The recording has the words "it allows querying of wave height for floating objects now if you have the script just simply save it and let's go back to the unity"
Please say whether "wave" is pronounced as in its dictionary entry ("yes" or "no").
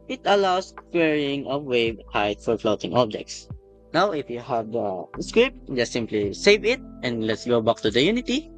no